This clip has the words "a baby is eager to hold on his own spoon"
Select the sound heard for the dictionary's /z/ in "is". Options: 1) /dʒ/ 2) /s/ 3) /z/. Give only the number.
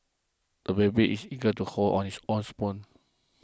2